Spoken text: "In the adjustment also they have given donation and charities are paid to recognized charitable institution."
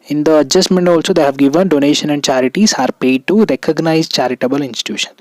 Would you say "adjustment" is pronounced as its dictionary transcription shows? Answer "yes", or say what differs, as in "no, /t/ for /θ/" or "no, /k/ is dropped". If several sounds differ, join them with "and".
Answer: yes